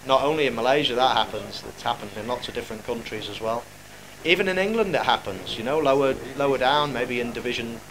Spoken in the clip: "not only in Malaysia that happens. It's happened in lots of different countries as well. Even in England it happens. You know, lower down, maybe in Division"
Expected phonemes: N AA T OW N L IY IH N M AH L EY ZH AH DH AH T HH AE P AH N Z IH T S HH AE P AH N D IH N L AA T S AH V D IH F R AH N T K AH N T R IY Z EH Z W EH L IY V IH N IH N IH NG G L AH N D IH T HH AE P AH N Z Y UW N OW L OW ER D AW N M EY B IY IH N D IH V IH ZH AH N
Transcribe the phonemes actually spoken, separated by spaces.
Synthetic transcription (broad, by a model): N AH T OW N L IY IH N M AH L EY ZH AH DH AH T HH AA P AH N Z IH T S HH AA P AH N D IH N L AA T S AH D IH F R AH N K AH N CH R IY Z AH Z W EH L IY V IH N IH N IH NG G L AH N D IH T HH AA P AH N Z Y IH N OW L OW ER D AW N M EY B IY IH N D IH V IH ZH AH N